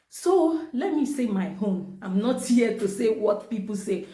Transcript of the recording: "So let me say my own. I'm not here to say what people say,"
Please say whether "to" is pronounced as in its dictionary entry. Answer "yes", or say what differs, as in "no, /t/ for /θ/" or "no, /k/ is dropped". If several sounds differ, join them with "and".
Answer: yes